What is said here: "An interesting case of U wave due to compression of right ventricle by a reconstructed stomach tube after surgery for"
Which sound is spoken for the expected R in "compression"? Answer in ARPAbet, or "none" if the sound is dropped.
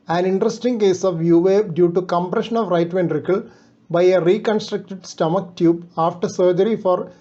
R